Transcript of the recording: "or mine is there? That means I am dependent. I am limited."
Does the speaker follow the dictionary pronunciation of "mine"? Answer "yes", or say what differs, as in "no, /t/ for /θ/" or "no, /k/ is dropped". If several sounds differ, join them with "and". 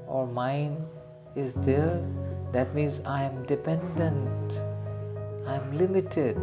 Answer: yes